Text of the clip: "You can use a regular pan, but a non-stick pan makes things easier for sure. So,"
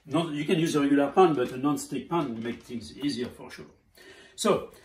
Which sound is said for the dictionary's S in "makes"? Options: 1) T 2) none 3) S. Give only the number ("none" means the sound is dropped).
2